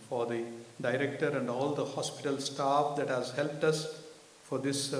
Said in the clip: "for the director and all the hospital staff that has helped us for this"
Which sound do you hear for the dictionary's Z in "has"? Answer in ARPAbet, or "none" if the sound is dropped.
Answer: Z